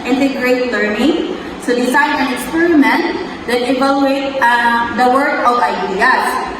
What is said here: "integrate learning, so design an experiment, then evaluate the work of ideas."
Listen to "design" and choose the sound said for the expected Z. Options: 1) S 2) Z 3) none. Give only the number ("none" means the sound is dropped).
1